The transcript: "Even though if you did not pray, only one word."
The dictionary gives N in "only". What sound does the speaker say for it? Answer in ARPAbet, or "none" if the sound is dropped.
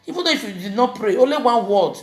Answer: none